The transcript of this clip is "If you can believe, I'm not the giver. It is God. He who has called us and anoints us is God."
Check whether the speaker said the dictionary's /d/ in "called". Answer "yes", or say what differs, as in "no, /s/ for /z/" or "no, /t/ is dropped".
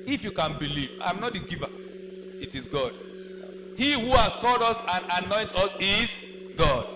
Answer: yes